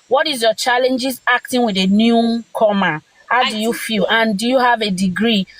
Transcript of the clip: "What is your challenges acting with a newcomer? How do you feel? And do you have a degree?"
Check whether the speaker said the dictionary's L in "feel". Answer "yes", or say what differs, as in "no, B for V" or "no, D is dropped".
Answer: yes